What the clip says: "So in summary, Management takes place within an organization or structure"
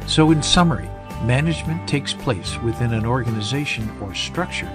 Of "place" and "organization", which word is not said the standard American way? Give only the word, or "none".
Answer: none